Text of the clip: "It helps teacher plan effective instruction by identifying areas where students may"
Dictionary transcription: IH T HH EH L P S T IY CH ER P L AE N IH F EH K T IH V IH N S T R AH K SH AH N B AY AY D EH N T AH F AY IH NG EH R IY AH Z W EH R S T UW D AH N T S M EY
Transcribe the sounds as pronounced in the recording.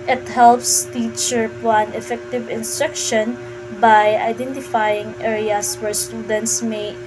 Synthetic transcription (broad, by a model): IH T HH EH L P S T IY CH ER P AA N IH F EH K T IH V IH N S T R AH K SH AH N B AY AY D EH N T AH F AY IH NG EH R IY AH S W EH R S T UW D AH N T S M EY